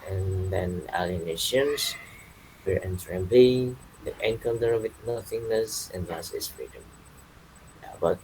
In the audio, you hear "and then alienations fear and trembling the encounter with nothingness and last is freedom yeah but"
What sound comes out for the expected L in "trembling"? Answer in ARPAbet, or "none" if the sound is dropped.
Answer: none